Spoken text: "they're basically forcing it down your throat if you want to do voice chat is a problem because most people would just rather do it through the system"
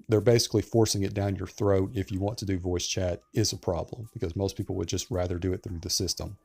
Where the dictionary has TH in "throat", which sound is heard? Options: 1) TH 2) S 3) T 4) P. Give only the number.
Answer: 1